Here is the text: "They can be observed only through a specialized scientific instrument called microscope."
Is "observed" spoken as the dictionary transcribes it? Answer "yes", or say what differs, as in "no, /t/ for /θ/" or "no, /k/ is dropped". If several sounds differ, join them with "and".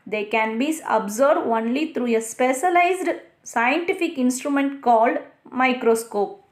no, /v/ is dropped